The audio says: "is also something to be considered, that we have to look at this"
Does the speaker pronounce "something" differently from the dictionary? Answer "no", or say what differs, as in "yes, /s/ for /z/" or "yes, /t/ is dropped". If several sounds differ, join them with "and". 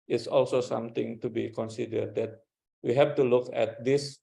yes, /t/ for /θ/